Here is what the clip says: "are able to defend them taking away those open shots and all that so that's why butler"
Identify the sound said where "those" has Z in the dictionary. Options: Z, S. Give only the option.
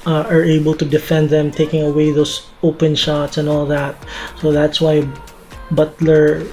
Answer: S